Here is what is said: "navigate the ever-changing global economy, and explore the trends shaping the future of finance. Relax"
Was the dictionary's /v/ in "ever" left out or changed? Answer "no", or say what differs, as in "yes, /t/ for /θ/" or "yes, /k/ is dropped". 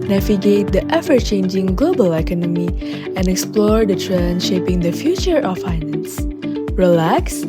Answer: yes, /f/ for /v/